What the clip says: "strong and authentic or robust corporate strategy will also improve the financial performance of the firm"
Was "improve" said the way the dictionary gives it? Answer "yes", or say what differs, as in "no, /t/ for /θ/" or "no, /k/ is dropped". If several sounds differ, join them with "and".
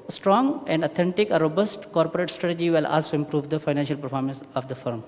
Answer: yes